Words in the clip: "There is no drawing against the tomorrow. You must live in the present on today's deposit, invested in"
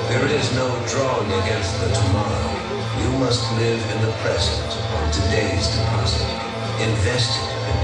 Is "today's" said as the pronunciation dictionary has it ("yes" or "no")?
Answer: yes